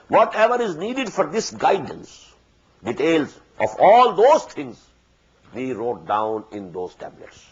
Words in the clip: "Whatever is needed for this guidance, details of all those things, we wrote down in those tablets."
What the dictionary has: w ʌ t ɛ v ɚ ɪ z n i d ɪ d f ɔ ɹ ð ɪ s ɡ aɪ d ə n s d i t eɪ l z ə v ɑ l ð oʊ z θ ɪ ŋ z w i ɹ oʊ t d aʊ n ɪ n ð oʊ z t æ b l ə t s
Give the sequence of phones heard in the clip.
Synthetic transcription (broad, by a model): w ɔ t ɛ v ɚ ɪ z n i d ɪ d f ɔ ɹ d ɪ s ɡ aɪ d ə n s d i t eɪ l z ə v ɑ l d oʊ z t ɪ ŋ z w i ɹ oʊ t d aʊ n ɪ n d oʊ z t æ b l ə t s